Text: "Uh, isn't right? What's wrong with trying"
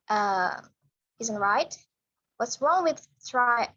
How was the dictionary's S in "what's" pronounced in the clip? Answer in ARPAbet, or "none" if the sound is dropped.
S